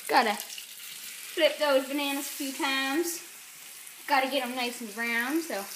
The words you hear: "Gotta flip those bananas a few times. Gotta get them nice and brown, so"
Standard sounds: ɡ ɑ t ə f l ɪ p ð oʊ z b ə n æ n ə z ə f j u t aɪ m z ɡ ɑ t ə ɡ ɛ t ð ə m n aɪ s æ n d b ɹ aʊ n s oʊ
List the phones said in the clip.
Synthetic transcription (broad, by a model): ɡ ɑ t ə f l ɪ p ð oʊ z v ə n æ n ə s ə f j u t aɪ m z ɡ ɑ t ə ɡ ɛ t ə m n aɪ s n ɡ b ɹ aʊ n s oʊ